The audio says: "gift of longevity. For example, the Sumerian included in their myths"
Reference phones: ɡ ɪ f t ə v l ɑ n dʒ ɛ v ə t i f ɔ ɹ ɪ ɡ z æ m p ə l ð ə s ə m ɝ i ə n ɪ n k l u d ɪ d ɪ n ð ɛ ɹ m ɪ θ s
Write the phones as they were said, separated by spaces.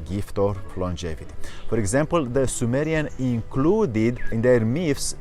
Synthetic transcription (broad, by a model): ɡ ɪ f t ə p l ɑ n dʒ ɛ v ə t i f ɔ ɹ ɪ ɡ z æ m p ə l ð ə s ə m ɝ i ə n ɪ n k l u d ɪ d ɪ n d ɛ ɹ m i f s